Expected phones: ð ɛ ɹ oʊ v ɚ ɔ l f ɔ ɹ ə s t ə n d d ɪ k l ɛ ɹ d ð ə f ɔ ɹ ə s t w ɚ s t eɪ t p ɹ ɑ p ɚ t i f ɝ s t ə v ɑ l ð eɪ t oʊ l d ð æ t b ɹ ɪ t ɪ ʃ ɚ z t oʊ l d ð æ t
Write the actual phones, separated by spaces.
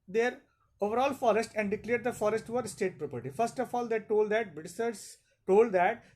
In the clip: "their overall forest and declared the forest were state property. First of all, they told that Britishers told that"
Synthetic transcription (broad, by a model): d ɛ ɹ oʊ v ɚ ɔ l f ɔ ɹ ə s t ə n d d ɪ k l ɛ ɹ d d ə f ɔ ɹ ə s t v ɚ s t eɪ t p ɹ ɑ p ɚ t i f ɝ s t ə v ɑ l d eɪ t oʊ l d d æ t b ɪ s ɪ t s t oʊ l d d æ t